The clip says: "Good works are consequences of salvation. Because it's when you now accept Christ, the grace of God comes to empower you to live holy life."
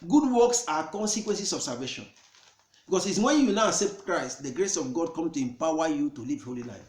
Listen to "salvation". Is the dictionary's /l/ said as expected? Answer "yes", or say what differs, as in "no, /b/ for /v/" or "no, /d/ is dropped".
no, /l/ is dropped